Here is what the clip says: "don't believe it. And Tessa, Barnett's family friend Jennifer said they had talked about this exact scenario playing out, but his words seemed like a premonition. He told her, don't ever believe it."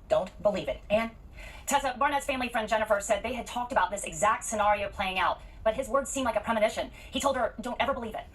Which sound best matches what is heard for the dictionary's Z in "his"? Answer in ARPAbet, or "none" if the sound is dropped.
Z